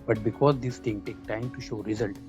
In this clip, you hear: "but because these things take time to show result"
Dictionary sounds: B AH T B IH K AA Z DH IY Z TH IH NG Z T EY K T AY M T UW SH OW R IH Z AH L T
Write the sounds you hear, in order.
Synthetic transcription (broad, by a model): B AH T B IH K AA Z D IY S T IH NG T EY K T AY M T UW SH OW R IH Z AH L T